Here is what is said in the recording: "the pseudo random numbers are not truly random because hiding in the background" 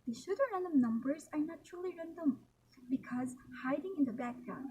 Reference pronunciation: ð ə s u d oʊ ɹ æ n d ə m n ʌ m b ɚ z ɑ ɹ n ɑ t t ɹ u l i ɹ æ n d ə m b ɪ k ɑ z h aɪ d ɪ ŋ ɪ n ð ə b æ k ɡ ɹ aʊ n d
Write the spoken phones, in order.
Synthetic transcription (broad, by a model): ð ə ʃ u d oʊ ɹ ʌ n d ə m n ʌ m b ɚ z ɑ ɹ n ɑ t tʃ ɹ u l i ɹ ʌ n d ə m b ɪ k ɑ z h aɪ d ɪ ŋ ɪ n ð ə b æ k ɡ ɹ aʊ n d